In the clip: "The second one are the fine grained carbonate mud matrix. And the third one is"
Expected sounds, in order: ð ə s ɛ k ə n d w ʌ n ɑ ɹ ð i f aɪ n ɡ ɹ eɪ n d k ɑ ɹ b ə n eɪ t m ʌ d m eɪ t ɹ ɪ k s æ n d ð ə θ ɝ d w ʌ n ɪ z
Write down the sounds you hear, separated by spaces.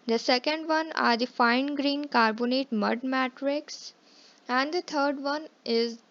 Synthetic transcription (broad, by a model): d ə s ɛ k ə n d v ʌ n ɑ ɹ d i f aɪ n ɡ ɹ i n k ɑ ɹ b ə n eɪ t m ʌ d m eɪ t ɹ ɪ k s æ n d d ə t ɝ d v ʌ n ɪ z